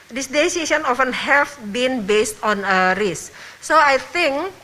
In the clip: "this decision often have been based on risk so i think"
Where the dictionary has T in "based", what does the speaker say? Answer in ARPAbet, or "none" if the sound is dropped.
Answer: T